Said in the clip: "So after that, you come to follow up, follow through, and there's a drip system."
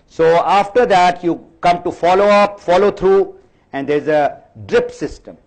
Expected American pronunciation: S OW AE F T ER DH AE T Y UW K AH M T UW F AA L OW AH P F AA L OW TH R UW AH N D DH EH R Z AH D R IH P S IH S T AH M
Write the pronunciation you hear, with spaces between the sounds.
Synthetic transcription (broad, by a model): S OW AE F T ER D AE T Y UW K AH M T UW F AA L OW AH P F AA L OW T R UW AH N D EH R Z AH D R IH P S IH S T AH M